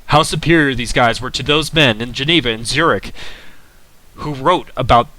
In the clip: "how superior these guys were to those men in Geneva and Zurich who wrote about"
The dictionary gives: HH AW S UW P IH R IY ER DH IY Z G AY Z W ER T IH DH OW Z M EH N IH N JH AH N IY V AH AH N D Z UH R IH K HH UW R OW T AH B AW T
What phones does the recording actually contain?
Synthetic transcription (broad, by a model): HH AW S UW P IH R IY ER DH IY Z G AY Z W ER T IH DH OW Z M EH N IH N JH AH N IY V AH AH N Z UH R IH K HH UW R OW T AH B AW T